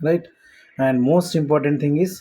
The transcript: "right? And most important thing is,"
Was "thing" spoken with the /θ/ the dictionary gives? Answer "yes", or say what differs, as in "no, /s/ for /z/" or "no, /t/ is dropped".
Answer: no, /t/ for /θ/